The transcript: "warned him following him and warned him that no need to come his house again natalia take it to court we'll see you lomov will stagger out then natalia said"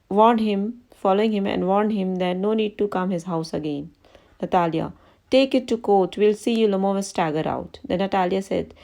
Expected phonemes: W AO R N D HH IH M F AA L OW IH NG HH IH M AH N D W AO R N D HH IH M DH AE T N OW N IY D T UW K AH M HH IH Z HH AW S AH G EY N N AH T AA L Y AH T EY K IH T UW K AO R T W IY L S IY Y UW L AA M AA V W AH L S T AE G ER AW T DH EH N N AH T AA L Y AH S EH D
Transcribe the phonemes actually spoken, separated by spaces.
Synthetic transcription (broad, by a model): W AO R N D HH IH M F AA L OW IH NG HH IH M AH N D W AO R N D HH IH M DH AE T N OW N IY D T UW K AH M HH IH Z HH AW S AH G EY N N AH T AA L Y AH T EY K IH T UW K AO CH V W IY L S IY Y UW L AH M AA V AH N S T AE G ER AW T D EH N N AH T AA L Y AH S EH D